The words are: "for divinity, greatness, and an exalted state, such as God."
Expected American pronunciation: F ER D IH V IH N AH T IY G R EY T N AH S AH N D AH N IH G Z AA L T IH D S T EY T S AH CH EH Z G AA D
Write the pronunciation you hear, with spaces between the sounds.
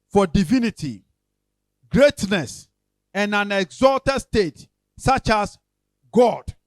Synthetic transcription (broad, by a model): F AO D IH V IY N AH T IY G R EY T N AH S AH N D AH N IH G Z AA L T IH D S T EY T S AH CH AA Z G AA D